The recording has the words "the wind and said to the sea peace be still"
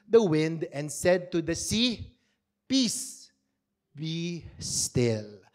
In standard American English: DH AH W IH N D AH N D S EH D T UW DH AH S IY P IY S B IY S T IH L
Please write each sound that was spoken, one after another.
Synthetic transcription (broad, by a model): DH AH W IH N D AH N S EH D T UW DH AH S IY P IY S B IY S T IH L